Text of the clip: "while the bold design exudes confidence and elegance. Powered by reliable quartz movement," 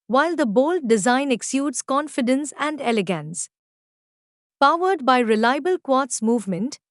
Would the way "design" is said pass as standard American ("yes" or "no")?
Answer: yes